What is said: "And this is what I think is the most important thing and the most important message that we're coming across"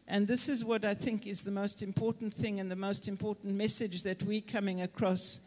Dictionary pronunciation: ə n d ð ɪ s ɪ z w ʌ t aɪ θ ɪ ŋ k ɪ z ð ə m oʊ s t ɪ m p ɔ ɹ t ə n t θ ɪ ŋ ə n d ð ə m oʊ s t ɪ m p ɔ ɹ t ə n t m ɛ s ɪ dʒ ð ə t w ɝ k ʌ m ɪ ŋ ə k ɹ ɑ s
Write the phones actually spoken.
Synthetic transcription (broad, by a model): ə n ð ɪ s ɪ z w ʌ t aɪ θ ɪ ŋ k ɪ z ð ə m oʊ s t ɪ m p ɔ ɹ t n θ ɪ ŋ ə n ð ə m oʊ s t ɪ m p ɔ ɹ t n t m ɛ s ɪ dʒ ð ə t w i k ʌ m ɪ ŋ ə k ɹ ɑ s